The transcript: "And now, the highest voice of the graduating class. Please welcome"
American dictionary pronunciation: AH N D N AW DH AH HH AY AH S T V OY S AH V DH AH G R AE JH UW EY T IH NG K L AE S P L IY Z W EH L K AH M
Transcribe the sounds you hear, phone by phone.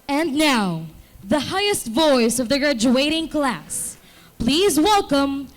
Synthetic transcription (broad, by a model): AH N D N AW DH AH HH AY AH S T V OY S AH V DH AH G R AE JH UW EY T IH NG K L AE S P L IY Z W EH L K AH M